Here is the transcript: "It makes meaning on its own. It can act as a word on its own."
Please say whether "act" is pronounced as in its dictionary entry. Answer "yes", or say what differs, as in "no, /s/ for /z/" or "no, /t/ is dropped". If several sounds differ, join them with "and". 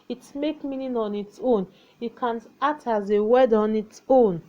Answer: no, /k/ is dropped